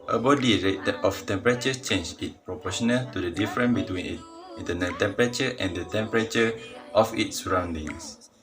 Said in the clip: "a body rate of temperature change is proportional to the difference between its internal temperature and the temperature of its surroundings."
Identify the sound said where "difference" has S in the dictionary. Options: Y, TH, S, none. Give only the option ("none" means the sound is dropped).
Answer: none